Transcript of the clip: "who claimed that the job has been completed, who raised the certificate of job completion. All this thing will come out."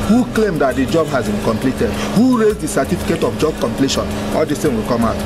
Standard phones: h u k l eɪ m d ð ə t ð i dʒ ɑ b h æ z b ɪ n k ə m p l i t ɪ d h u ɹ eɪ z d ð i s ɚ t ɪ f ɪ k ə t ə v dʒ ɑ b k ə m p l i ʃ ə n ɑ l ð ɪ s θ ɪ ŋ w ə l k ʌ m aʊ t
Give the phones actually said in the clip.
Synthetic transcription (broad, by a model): h u k l eɪ m d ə t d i dʒ ɑ b h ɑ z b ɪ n k ə m p l i t ɪ d h u ɹ eɪ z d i s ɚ t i f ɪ k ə t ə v dʒ ɑ b k ə m p l i ʃ ə n ɑ l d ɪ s t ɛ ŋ w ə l k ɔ m aʊ t